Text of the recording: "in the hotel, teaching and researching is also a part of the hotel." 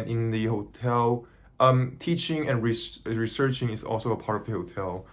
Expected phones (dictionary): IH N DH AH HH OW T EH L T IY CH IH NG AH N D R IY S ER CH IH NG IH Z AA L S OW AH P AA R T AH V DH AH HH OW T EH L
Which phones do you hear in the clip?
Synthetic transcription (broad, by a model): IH N DH AH HH OW T EH L T IY CH IH NG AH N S R IY S ER CH IH NG IH Z AA L S OW AH P AA R T AH V DH AH HH OW T EH L